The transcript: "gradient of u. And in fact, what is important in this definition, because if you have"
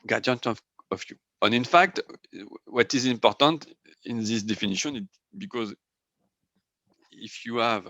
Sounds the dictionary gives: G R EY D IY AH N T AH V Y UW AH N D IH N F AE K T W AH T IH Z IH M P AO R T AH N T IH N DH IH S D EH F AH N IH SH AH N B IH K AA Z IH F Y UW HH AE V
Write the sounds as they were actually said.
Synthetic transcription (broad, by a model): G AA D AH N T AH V Y UW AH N IH N F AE K T W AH T IH Z IH M P AO R T AH N T IH N DH IH S D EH F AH N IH SH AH N B IH K AA Z IH F Y UW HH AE V